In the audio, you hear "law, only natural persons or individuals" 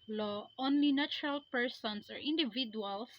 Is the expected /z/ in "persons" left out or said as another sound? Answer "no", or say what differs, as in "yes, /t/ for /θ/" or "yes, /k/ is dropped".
yes, /s/ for /z/